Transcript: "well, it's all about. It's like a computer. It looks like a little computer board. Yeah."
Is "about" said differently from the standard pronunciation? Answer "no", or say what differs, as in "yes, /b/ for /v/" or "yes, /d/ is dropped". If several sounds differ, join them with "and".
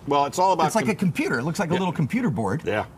yes, /t/ is dropped